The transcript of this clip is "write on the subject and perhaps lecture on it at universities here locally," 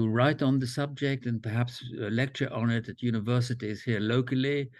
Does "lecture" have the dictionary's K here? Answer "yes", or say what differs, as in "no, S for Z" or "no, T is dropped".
yes